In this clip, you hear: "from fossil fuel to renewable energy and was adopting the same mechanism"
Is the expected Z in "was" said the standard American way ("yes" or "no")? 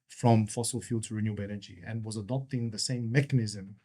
yes